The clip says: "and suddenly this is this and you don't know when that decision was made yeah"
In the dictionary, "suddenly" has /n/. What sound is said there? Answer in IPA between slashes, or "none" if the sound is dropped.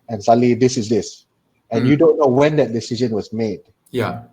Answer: none